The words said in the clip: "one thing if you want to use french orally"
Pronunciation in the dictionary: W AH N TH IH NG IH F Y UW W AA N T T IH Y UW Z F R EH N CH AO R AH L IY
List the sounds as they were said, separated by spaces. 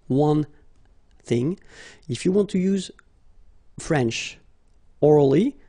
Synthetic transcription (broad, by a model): W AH N TH IH NG IH F Y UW W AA N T T IH Y UW Z F R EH N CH AO R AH L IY